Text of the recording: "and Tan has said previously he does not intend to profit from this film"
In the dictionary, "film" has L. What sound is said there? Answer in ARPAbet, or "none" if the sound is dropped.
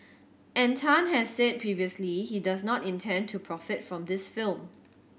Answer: L